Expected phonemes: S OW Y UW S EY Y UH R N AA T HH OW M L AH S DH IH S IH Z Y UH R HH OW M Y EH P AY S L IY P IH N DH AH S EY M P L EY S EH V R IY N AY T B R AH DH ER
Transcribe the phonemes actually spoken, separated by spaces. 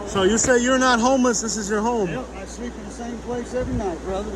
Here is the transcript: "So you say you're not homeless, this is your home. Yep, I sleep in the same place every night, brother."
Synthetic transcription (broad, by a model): S OW Y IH S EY Y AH R N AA T HH OW M L AH S DH IH S IH Z Y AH R HH OW M AY S L IY P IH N DH AH S EY M P L EY S EH V R IY N AY T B R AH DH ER